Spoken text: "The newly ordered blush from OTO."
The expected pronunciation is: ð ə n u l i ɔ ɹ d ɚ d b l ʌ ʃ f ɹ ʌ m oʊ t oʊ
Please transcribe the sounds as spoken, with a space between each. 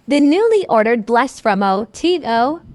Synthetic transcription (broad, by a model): ð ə n u l i ɔ ɹ d ɚ d b l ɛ s f ɹ ʌ m oʊ t oʊ